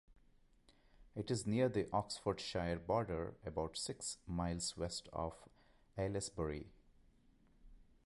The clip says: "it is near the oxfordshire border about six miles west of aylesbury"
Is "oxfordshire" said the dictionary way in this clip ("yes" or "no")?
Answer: yes